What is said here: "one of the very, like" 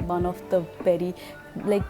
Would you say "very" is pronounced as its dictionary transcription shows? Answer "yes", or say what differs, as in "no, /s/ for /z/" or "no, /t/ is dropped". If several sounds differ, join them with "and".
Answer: no, /b/ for /v/